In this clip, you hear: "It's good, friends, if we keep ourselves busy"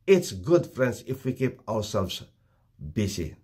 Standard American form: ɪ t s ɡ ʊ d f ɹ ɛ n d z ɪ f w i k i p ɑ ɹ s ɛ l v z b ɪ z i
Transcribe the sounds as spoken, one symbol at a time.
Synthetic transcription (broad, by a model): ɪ t s ɡ ʊ d f ɹ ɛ n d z ɪ f w i k i p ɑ w s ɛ l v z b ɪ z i